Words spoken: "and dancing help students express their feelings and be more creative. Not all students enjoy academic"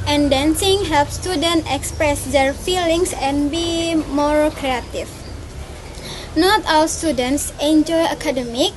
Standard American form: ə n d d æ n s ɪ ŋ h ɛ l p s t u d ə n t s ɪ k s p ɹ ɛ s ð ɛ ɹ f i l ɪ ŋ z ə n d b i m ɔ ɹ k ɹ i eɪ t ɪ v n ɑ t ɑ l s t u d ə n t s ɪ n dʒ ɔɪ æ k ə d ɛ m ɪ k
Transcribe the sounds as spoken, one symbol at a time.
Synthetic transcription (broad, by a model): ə n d d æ n s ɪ ŋ h ɛ l p s t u d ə n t ɪ k s p ɹ ɛ s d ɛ ɹ f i l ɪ ŋ s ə n b i m ɔ ɹ k ɹ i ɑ t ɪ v n ɑ t ɑ l s t u d ə n t s ɪ n dʒ ɔɪ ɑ k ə d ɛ m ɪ k